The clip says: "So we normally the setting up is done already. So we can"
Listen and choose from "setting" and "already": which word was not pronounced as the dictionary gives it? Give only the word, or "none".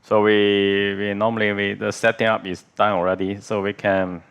none